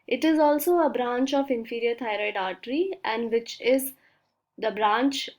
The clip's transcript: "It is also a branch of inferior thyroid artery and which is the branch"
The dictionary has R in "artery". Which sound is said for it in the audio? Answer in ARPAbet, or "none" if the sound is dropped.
R